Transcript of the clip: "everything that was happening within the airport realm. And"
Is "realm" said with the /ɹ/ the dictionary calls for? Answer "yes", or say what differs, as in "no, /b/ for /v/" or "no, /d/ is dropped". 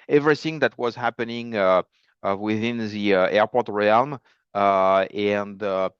yes